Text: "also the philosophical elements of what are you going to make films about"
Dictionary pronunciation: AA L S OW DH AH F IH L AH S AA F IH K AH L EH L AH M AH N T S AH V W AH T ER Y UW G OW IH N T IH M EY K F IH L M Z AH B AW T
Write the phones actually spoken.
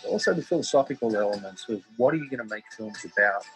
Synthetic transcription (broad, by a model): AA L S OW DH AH F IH L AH S AA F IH K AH L EH L AH M AH N T S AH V W AH T ER Y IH G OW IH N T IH M EY K F IH L M Z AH B AW T